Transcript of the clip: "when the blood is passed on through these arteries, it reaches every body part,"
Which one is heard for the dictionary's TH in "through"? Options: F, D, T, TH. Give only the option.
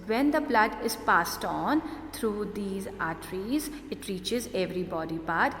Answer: T